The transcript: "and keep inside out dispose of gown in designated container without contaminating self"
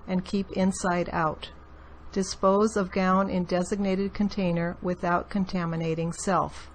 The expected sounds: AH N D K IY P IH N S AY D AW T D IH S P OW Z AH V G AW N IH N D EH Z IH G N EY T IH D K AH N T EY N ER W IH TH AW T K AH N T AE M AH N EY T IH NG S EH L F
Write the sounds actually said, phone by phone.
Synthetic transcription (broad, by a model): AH N K IY P IH N S AY D AW T D IH S P OW Z AH V G AW N IH N D EH Z IH G N EY T IH D K AH N T EY N ER W IH TH AW T K AH N T AE M AH N EY T IH NG S EH L F